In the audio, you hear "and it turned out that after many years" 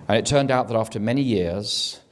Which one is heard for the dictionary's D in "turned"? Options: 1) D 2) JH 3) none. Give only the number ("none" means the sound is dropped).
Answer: 1